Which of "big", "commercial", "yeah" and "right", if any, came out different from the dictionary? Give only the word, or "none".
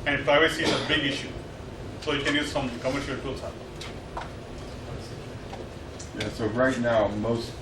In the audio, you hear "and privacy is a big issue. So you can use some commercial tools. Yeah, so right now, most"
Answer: none